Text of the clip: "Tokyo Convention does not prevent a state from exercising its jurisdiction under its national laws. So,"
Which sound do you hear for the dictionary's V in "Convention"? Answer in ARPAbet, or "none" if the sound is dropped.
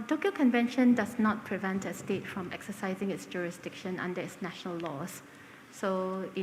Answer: V